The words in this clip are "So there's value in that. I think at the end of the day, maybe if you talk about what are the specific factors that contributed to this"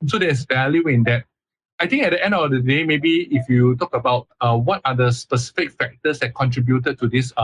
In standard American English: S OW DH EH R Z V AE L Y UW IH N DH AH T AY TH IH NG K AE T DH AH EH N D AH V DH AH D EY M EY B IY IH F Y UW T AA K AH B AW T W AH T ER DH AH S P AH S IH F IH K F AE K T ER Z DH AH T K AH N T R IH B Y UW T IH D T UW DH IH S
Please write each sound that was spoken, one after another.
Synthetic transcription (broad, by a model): S OW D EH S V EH L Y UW IH N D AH T AY T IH NG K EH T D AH EH N D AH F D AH D EY M EY B IY IH F Y UW T AA K AH B AW T W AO T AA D AH S P AH S IH F IH K F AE K T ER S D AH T K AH N T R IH B Y UW T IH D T UW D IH S